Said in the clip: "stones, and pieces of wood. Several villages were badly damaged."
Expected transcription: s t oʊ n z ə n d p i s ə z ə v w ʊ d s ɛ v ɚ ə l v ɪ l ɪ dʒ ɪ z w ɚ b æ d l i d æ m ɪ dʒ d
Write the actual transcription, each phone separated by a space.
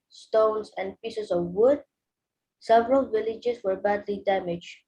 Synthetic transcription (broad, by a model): s t oʊ n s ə n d p i s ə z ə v w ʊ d s ɛ v ɚ ə l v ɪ l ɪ dʒ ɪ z w ɚ b æ d l i d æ m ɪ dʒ